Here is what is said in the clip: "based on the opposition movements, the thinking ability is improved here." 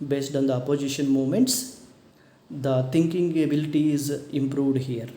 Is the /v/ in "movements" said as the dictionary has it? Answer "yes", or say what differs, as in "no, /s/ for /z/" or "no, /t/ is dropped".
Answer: no, /v/ is dropped